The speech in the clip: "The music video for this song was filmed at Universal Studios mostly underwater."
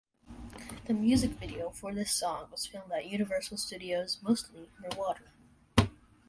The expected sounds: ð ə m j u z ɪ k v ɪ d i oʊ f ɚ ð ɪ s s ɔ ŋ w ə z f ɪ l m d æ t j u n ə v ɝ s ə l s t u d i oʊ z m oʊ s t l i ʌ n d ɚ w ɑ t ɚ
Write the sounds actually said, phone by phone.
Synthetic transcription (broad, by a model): ð ə m j u z ɪ k v ɪ d i oʊ f ɚ ð ɪ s s ɔ ŋ w ə z f ɪ l m d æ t j u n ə v ɝ s l s t u d i oʊ z m oʊ s t l i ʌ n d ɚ w ɑ t ɚ